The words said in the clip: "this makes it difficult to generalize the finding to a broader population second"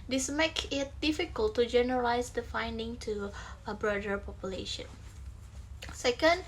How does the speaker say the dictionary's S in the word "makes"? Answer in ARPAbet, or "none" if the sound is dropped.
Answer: none